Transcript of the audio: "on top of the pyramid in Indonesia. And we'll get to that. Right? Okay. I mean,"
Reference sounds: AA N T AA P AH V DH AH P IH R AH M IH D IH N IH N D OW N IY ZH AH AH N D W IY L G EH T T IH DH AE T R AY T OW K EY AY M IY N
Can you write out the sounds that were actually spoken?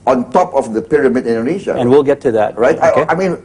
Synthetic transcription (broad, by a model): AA N T AA P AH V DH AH P IH R AH M IH D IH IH N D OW N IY SH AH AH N W IY L G EH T T IH DH AE T R AY T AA EY AY M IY N